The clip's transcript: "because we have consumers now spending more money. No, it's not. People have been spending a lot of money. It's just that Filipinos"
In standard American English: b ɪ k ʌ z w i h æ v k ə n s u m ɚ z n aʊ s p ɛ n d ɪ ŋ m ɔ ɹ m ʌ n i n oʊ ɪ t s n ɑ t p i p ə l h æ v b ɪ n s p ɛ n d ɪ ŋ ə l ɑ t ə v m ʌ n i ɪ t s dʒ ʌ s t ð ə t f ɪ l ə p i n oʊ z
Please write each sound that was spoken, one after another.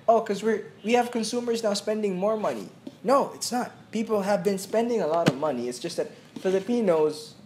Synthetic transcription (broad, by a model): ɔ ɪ k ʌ z w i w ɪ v k ə n s u m ɚ z n aʊ s p ɛ n d ɪ ŋ m ɔ ɹ m ʌ n i n oʊ ɪ t s n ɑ t p i p l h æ v b ɪ n s p ɛ n d ɪ ŋ ə l ɑ t ə v m ʌ n i ɪ t s dʒ ʌ s t ð ə t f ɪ l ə p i n oʊ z